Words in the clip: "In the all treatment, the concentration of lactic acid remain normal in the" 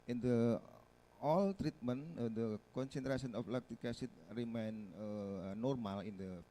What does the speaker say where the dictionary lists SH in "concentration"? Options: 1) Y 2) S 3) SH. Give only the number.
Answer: 2